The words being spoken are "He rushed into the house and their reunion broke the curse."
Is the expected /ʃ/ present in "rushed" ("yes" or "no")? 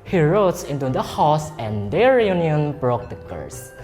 no